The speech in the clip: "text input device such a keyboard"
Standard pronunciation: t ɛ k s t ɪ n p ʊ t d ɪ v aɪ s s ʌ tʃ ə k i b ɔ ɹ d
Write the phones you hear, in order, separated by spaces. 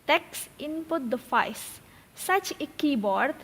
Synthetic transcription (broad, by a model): t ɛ k s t ɪ n p ʊ t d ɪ f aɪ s s ʌ tʃ ə k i b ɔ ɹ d